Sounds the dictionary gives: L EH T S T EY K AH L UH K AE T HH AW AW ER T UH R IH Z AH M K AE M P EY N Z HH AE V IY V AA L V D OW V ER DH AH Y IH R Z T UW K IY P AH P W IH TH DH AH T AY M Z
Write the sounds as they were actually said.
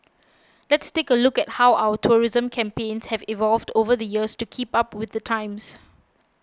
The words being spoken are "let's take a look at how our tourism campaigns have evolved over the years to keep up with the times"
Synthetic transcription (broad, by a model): L EH T S T EY K AH L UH K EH T HH AW AW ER T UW R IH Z AH M K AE M P EY N S HH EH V IY V AA L V D OW V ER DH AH Y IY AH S T UW K IY P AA P W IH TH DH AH T AY M S